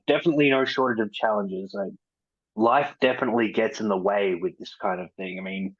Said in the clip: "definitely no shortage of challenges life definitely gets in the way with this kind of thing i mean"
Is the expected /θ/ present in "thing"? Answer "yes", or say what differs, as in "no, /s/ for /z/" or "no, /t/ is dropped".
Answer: yes